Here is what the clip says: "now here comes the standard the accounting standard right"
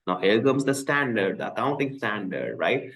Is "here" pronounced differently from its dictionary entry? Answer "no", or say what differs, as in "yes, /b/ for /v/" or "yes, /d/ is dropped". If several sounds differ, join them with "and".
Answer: yes, /l/ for /ɹ/